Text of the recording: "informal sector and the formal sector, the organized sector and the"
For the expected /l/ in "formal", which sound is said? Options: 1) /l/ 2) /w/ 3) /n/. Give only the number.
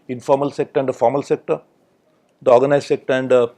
1